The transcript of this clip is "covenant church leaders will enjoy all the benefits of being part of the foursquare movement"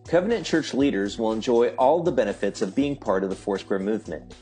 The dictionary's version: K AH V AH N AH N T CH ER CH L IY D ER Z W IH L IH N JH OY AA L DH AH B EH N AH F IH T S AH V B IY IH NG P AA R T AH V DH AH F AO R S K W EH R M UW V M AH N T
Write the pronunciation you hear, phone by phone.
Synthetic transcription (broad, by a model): K AH V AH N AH N CH ER CH L IY D ER Z W IH L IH N JH OY AA L DH AH B EH N AH F IH T S AH V B IY IH NG P AA R T AH V DH AH F AO R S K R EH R M UW V M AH N T